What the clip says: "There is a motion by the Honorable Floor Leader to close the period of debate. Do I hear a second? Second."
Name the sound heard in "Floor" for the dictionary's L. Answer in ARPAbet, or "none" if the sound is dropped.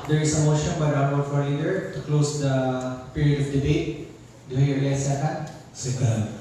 none